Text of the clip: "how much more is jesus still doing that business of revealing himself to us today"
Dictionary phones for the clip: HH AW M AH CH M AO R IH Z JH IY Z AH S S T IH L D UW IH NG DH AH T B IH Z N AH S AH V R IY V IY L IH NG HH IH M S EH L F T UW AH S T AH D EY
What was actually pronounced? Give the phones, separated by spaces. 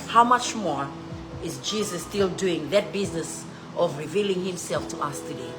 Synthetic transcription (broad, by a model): HH AW M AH CH M AO R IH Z JH IY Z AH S S T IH L D UW IH NG DH AH T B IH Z N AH S AH V R IY V IY L IH NG HH IH M S EH L F T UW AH S T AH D EY